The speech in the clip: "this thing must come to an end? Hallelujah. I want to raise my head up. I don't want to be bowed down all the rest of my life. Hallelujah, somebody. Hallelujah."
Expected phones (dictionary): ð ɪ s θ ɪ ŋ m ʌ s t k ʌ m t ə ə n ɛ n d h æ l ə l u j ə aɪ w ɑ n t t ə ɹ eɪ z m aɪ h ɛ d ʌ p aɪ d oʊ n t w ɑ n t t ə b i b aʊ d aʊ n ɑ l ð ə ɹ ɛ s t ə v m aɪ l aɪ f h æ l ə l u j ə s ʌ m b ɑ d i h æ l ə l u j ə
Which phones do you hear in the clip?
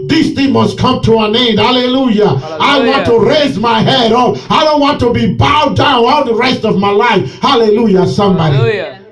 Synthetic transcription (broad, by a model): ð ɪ s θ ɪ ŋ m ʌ s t k ʌ m t ə ə n ɛ n d h æ l ə l u j ə aɪ w ɑ n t t ə ɹ eɪ z m aɪ h ɛ d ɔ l aɪ d oʊ n t w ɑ n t t ə b i b aʊ d aʊ n ɑ l ð ə ɹ ɛ s t ə v m aɪ l aɪ f h æ l ə l u j ə s ʌ m b ɑ d i